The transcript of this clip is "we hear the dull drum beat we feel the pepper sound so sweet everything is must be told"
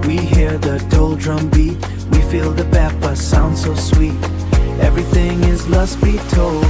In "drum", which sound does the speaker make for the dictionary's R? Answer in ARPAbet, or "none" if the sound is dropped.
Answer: R